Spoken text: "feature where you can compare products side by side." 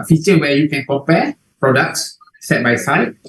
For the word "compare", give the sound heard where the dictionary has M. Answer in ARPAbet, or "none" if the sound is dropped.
none